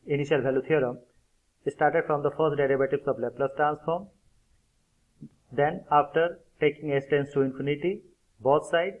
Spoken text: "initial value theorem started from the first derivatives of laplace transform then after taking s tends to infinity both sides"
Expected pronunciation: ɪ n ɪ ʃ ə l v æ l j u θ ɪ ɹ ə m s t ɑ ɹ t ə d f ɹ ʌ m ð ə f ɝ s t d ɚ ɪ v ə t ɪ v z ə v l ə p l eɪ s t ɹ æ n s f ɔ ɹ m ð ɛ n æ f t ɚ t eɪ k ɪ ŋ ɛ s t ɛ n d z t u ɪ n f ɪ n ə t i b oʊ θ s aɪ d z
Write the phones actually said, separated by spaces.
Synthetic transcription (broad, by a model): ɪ n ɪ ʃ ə l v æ l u t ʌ ɹ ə m s t ɑ ɹ t ə d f ɹ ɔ m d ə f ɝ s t d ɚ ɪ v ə t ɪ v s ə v l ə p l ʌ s t ɹ æ n s f ɔ ɹ m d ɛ n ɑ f t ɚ t eɪ k ɪ ŋ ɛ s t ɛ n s t u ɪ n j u n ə t i b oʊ t s aɪ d